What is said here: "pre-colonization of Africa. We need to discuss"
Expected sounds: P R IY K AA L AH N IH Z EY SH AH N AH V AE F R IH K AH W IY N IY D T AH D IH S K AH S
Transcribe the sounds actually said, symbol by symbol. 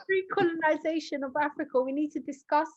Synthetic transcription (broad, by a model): R IY K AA L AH N IH Z EY SH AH N AH V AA F R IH K AH W IY N IY D T AH D IH S K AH S